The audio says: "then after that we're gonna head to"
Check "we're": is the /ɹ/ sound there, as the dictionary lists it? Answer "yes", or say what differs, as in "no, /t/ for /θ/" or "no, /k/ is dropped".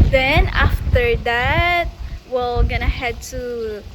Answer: no, /l/ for /ɹ/